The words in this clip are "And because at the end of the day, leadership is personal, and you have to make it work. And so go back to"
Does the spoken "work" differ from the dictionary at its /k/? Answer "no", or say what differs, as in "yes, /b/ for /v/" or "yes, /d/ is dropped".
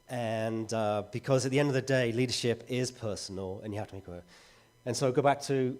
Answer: yes, /k/ is dropped